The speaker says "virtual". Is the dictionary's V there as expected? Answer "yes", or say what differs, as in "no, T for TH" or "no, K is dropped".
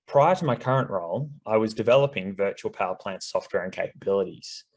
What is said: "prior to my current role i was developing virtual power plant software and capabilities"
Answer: yes